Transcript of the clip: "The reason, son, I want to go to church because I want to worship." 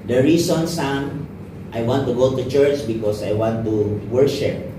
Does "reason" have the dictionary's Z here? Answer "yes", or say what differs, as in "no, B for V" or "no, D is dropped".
no, S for Z